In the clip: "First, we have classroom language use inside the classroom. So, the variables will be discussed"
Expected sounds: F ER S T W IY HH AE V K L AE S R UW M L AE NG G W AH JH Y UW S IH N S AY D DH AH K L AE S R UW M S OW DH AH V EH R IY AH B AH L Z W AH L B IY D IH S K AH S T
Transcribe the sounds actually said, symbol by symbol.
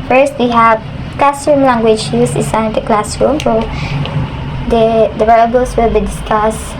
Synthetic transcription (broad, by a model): F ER S T W IY HH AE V K L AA S R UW M L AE NG G W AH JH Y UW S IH S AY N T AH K L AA S R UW M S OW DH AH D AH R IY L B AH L S W AH L B IY D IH S K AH S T